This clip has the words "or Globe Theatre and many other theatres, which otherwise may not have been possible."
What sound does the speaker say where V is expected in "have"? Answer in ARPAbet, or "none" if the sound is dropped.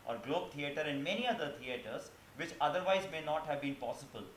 V